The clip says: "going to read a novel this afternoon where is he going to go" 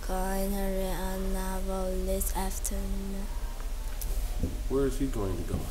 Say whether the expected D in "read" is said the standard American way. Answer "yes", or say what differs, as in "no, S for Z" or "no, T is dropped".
no, D is dropped